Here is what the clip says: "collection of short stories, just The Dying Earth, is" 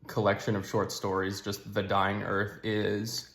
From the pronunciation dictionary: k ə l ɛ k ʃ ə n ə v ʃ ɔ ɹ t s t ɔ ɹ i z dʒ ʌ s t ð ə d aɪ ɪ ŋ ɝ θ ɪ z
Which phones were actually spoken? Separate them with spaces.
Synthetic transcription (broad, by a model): k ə l ɛ k ʃ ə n ə v ʃ ɔ ɹ t s t ɔ ɹ i z dʒ ʌ s t ð ə d aɪ ɪ ŋ ɝ θ ɪ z